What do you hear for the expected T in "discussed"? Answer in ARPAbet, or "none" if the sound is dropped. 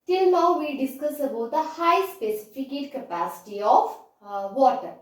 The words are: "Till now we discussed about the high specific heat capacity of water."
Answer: none